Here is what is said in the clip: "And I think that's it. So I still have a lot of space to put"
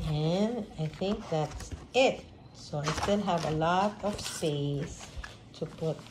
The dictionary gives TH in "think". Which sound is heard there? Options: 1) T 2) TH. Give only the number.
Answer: 2